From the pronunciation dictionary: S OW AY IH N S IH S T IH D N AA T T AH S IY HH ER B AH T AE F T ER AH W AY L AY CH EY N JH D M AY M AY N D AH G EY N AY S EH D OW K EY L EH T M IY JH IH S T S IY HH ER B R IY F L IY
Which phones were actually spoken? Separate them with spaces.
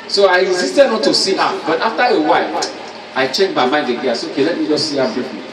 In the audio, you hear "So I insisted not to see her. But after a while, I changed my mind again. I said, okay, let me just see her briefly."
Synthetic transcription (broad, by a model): S OW AY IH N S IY S T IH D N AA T T AH S IY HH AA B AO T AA F T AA AH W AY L AY CH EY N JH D M AY M AY N D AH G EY AY S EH OW K EY L EH T M IY JH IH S S IY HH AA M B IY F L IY